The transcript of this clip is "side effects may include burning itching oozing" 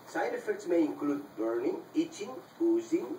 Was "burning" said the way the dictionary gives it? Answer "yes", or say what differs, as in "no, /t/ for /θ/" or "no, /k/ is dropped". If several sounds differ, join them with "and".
yes